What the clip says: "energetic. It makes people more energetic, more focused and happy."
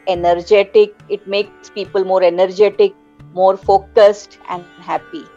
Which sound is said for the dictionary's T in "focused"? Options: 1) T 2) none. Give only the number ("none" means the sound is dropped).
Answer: 1